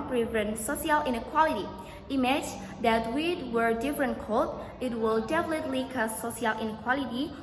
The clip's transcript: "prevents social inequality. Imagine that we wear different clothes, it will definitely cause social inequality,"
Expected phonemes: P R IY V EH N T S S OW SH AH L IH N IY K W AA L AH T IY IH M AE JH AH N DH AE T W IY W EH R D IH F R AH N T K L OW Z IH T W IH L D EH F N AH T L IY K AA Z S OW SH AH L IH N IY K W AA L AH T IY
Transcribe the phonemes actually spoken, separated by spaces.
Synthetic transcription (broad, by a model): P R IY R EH N S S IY AH L IH N IY K W AA L AH T IY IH M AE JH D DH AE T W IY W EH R D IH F R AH N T K OW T IH T W IH L D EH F L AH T L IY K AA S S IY AH L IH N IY K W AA L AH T IY